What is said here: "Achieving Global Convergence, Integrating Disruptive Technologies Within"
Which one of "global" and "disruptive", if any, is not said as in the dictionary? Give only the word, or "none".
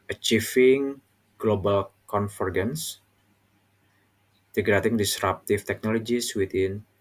disruptive